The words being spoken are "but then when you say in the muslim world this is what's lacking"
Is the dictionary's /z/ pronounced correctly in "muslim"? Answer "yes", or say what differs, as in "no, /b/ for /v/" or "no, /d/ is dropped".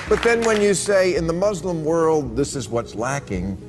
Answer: yes